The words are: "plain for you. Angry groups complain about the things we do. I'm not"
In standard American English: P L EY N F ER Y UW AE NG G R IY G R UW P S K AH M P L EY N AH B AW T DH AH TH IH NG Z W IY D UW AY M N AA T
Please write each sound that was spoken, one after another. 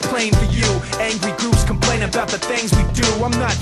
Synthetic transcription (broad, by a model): P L EY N F ER Y UW AE NG G R IY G UW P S K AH M P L EY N AH B AW T DH AH TH IH NG Z W IY D UW AY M N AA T